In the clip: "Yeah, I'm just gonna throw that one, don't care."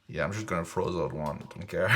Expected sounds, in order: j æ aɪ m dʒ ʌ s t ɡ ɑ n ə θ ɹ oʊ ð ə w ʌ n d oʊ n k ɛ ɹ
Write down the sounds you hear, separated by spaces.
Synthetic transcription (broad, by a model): j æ aɪ m dʒ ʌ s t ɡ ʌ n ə f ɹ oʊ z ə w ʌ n d oʊ n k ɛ ɹ